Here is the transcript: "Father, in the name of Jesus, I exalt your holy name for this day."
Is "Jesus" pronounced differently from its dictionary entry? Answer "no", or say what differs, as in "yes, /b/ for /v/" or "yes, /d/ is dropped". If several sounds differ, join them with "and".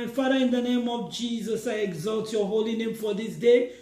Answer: no